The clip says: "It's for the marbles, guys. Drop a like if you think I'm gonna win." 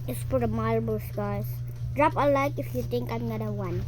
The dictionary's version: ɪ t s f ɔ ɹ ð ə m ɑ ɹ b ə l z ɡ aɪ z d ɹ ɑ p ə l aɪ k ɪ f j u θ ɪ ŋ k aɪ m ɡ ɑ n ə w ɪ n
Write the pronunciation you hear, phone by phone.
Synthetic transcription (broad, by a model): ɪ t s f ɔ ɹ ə m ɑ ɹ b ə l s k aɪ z d ɹ ɑ p ə l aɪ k ɪ f j u t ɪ ŋ k aɪ m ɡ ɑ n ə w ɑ n